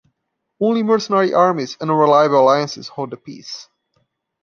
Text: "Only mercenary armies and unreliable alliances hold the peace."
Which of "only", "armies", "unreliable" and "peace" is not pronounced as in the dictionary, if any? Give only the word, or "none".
unreliable